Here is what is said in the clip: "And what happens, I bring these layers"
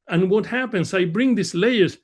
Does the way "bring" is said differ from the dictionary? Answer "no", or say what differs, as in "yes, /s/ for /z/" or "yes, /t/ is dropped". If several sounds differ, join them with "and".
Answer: no